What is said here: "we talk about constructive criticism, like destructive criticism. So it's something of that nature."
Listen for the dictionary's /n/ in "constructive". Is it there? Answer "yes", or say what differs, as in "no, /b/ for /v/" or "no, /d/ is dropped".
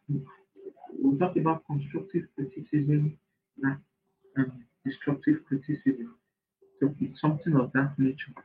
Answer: yes